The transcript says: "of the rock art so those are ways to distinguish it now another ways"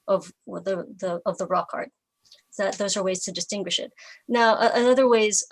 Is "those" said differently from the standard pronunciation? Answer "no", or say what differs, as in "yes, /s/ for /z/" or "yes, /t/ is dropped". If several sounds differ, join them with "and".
no